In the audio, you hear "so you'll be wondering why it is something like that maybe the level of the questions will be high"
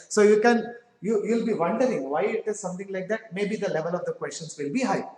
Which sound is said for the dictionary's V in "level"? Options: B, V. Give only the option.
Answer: V